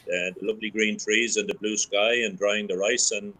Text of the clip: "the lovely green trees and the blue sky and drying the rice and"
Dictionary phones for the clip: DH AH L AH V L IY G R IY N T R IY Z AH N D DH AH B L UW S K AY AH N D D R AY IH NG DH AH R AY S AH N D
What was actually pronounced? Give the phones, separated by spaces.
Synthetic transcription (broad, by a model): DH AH L AH V L IY G R IY N T R IY Z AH N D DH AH B L UW S K AY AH N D D R AY IH NG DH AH R AY S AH N